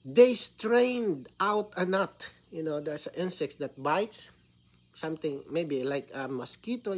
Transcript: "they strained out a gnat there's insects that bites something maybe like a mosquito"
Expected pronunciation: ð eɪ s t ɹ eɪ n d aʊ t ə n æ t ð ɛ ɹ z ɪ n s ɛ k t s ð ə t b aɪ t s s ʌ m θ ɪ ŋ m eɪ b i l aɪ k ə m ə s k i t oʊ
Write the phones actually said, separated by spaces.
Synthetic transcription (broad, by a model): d eɪ s t ɹ eɪ n d aʊ t ə n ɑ t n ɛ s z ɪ n s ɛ k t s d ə t b aɪ t s s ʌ m t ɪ ŋ m eɪ b i l aɪ k ə m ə s k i t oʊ